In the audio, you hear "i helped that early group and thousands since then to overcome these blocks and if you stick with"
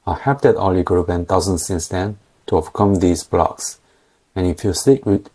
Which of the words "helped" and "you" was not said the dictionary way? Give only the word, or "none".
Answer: helped